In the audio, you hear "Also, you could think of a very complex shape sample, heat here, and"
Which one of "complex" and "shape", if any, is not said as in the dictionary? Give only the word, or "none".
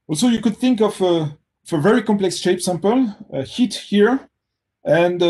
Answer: none